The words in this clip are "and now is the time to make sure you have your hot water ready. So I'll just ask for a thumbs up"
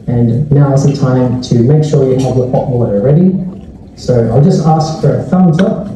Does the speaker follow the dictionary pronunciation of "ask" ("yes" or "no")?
yes